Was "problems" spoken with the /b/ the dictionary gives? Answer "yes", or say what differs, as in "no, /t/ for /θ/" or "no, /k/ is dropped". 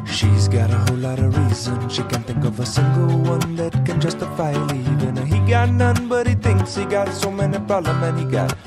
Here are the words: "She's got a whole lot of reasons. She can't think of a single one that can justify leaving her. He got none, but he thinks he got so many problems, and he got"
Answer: no, /b/ is dropped